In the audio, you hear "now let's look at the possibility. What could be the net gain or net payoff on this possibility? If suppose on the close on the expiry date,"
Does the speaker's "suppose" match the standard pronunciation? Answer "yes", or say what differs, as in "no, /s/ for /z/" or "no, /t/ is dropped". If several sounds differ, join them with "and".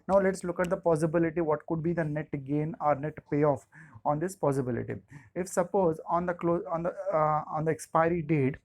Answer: yes